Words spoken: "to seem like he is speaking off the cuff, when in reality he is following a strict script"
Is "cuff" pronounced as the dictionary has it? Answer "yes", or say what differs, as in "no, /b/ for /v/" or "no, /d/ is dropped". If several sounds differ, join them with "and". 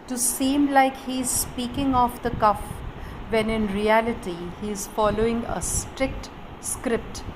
yes